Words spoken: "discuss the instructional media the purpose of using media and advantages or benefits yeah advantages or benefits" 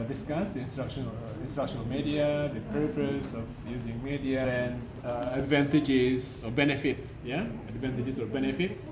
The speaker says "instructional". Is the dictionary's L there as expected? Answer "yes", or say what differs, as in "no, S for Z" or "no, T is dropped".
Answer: no, N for L